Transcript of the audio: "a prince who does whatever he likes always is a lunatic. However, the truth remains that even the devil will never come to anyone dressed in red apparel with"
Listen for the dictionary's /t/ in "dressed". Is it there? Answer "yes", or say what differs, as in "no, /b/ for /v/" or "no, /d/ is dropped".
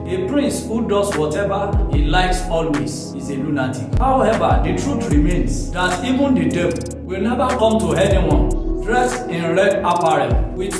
no, /t/ is dropped